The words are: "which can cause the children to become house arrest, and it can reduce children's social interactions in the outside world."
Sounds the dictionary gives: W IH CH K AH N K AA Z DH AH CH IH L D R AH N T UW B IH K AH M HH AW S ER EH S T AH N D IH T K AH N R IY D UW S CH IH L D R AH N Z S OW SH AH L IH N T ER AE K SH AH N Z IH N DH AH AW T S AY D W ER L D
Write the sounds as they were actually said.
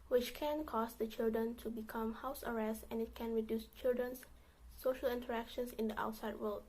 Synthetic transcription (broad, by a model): W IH CH K AH N K AA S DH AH CH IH L D R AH N T UW B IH K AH M HH AW S ER EH S T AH N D IH T K AH N R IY D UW S CH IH L D R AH N S OW SH AH L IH N T ER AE K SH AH N S IH N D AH AW T S AY D W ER L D